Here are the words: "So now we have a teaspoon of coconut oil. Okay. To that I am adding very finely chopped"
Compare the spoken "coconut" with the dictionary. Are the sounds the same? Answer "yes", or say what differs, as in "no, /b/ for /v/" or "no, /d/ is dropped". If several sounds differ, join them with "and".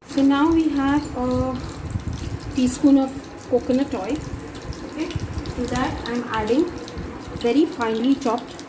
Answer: yes